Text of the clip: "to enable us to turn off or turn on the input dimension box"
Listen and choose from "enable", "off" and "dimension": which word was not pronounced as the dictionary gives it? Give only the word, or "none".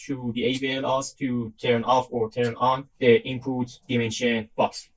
enable